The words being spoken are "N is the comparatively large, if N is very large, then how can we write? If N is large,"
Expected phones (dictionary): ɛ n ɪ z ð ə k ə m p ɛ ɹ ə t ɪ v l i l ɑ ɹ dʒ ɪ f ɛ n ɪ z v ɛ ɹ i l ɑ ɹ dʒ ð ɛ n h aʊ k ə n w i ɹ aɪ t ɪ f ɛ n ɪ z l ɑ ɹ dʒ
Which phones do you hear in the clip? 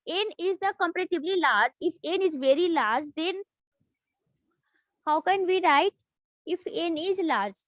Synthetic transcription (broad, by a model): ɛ n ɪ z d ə k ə m p ɹ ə t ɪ b l i l ɑ ɹ dʒ ɪ f ɛ n ɪ z v ɛ ɹ i l ɑ ɹ dʒ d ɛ n h aʊ k ə n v i ɹ aɪ t ɪ f ɛ n ɪ z l ɑ ɹ dʒ